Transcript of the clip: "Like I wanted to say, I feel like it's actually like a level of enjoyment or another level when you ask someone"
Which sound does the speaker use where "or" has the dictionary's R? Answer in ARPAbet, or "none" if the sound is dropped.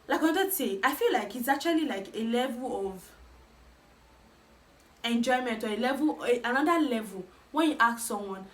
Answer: L